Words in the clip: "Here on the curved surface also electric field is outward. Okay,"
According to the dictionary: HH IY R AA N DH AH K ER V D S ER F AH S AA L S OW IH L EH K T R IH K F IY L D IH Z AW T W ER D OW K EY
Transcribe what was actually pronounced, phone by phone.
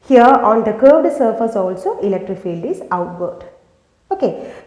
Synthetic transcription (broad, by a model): HH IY R AA N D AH K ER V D S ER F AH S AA L S OW IH L EH K T R IH K F IY L D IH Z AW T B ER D OW K EY